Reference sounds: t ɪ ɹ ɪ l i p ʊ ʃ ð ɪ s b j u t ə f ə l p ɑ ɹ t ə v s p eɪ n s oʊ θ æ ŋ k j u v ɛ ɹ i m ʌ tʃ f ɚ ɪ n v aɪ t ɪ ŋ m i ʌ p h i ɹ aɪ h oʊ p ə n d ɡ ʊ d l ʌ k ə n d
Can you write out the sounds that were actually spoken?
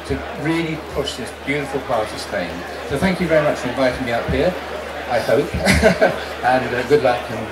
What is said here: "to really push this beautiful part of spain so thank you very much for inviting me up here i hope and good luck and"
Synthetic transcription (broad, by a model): t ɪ ɹ ɪ l i p ʊ ʃ ð ɪ s b j u t ə f ə l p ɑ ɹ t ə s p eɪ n s oʊ θ æ ŋ k j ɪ v ɛ ɹ i m ʌ tʃ f ɚ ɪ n v aɪ t ɪ ŋ m i ʌ p h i ɹ aɪ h oʊ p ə n ɡ ʊ d l ʌ k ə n